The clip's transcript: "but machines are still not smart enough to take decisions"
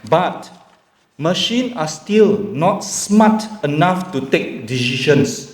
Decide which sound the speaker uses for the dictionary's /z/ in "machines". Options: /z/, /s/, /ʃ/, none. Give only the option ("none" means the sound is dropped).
none